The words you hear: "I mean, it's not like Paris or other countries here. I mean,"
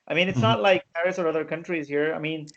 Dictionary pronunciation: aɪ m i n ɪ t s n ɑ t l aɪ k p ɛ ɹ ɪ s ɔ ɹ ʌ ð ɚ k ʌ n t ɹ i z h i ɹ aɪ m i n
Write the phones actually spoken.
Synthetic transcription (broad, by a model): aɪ m i n ɪ t s n ɑ t l aɪ k p ɛ ɹ ɪ s ɔ ɹ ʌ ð ɚ k ʌ n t ɹ i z h i ɹ aɪ m i n